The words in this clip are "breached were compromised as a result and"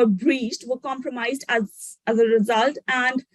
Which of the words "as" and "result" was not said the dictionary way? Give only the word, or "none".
none